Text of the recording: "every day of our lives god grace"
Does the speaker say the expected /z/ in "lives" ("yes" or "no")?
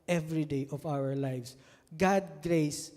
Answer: no